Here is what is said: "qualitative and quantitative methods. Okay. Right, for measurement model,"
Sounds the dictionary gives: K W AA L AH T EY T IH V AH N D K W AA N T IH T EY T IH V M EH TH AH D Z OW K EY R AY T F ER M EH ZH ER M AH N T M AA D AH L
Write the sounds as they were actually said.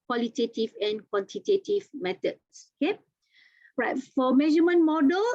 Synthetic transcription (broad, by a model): K W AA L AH T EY T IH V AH N K W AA N T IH T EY T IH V M EH T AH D S OW K EY R AY T F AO M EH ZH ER M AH N M AA D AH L